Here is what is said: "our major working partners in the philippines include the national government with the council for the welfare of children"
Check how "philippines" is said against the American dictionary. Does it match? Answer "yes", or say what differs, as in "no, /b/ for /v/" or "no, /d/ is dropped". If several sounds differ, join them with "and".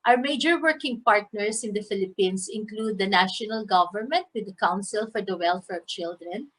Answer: no, /s/ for /z/